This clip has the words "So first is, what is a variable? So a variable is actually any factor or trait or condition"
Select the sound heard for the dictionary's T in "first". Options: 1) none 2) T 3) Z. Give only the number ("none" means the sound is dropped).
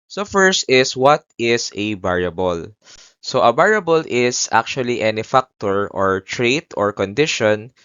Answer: 2